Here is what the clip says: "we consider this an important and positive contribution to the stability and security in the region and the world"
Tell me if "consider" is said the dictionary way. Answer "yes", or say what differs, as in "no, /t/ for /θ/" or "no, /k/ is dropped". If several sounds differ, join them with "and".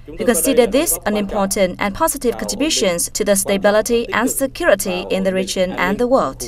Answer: yes